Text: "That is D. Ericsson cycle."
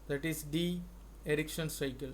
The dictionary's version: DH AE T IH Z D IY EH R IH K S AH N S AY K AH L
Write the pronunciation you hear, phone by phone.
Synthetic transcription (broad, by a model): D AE T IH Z D IY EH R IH K SH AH N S AY K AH L